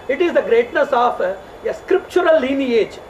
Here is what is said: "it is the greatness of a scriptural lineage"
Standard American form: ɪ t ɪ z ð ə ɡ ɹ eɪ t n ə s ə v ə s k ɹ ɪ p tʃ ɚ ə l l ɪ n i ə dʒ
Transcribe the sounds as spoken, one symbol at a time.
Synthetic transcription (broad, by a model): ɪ t ɪ z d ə ɡ ɹ eɪ t n ə s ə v ə s k ɹ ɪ p tʃ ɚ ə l l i n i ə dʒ